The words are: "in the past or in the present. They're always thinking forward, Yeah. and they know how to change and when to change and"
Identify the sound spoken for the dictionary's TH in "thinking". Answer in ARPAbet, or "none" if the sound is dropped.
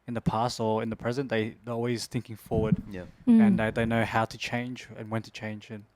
TH